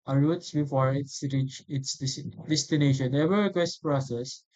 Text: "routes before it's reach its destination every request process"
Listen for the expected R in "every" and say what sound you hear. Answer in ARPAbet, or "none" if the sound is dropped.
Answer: none